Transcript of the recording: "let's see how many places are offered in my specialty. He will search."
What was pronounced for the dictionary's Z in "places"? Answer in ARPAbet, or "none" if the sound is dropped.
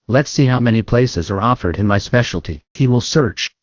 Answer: Z